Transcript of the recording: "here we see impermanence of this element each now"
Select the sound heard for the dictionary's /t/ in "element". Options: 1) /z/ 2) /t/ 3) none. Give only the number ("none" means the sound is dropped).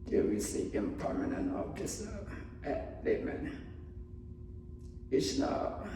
3